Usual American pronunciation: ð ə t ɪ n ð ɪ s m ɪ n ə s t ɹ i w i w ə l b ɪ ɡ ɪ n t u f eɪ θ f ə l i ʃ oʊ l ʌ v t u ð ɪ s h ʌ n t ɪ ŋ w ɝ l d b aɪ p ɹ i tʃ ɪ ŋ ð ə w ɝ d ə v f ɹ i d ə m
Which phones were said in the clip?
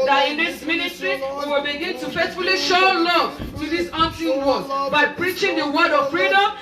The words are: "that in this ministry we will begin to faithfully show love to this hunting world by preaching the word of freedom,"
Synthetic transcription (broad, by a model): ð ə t ɪ n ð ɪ s m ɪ n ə s t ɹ i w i w ə l b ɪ ɡ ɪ n t u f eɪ t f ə l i ʃ oʊ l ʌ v t u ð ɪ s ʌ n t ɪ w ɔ d b aɪ p ɹ i tʃ ɪ ŋ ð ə w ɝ d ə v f ɹ i d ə m